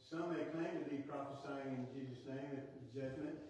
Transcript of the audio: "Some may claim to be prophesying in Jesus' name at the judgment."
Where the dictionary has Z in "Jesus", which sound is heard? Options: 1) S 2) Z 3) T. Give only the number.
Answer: 2